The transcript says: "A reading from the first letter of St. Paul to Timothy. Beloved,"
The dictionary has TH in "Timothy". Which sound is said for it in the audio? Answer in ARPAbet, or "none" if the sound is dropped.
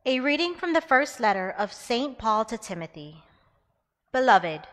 TH